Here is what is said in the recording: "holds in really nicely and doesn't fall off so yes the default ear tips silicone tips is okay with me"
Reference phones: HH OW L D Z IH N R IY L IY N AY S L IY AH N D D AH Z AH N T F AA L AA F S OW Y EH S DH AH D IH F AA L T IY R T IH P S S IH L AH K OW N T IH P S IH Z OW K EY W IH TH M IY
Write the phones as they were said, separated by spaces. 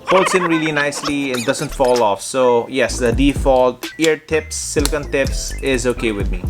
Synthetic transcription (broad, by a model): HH OW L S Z IH N R IY L IY N AY S L IY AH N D D AH Z AH N T F AA L AA F S OW Y EH S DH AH D IH F AA L T IY R T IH P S S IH L K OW N T IH P S IH Z OW K EY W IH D M IY